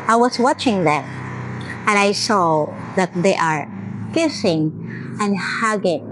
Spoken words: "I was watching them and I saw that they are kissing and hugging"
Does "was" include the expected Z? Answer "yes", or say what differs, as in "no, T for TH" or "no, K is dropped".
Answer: no, S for Z